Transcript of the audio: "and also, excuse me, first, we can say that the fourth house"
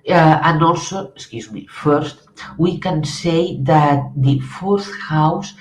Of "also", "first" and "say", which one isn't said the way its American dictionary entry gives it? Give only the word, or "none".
none